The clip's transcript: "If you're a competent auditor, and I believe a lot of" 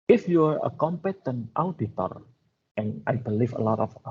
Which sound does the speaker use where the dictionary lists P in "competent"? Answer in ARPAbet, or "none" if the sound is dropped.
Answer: P